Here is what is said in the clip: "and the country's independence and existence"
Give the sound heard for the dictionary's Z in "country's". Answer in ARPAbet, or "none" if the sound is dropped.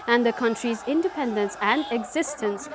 Z